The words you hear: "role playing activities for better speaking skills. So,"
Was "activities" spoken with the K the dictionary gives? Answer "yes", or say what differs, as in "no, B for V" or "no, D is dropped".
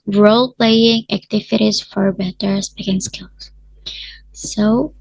yes